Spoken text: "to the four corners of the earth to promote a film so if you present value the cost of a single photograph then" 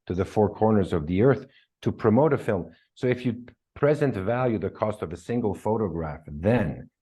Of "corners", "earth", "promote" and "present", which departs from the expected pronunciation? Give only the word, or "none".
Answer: none